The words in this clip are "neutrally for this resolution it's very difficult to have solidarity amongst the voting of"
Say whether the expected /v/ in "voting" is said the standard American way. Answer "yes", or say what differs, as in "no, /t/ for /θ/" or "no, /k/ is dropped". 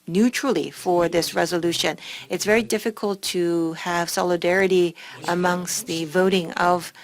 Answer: yes